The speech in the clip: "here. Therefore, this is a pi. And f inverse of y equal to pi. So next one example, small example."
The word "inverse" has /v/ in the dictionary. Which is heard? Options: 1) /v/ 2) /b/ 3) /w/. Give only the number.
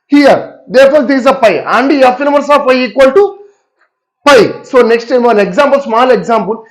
2